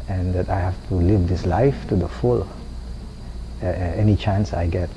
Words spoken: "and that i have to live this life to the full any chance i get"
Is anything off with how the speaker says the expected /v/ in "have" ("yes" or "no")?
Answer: yes